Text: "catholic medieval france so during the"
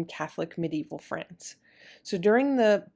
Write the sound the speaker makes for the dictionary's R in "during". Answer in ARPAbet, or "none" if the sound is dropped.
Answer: R